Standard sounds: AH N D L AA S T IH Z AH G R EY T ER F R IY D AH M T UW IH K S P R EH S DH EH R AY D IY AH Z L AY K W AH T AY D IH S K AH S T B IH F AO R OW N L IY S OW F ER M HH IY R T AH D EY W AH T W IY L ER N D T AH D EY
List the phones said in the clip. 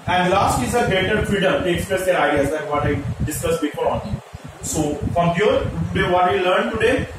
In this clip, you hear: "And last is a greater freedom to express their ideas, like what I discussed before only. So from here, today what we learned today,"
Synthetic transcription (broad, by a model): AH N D L AA S T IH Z AH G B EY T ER F R IY D AH M T UW IH K S P R EH S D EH R AY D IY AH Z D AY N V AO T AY D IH S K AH S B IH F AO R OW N IY S OW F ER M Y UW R T AH D EY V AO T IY L ER N D T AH D EY